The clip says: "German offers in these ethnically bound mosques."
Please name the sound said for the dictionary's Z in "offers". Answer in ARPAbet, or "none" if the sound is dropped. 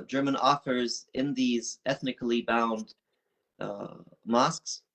Z